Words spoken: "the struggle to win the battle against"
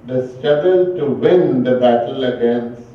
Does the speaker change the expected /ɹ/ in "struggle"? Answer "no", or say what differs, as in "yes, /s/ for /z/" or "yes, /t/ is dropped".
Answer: yes, /ɹ/ is dropped